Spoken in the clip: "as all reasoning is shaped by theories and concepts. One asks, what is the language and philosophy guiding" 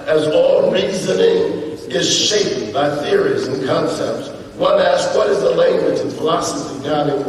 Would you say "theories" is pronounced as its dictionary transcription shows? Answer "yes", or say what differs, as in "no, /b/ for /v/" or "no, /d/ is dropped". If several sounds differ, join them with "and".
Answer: yes